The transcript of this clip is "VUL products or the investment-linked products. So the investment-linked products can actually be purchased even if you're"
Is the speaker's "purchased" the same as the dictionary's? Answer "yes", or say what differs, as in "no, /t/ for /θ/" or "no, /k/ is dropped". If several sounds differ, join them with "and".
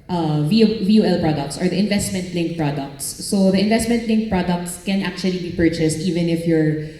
yes